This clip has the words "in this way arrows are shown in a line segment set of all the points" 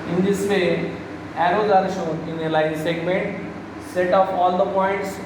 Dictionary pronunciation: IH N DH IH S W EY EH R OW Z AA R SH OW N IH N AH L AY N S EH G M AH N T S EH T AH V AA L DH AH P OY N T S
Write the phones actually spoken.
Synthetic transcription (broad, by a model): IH N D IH S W EY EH R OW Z AA R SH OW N IH N AH L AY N S EH G M AH N T S EH T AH P AA L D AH P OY N T S